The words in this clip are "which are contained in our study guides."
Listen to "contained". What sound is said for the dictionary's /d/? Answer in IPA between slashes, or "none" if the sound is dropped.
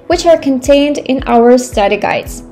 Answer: /d/